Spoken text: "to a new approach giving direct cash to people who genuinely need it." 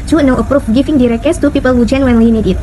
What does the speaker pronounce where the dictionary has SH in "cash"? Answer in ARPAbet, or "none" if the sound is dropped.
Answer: S